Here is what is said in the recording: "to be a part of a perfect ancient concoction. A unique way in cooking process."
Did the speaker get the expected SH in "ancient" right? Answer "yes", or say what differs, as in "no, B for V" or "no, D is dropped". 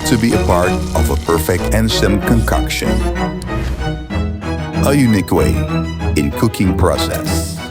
no, S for SH